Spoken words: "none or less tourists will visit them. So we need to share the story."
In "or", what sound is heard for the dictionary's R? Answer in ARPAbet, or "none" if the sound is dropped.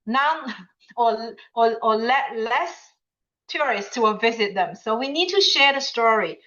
L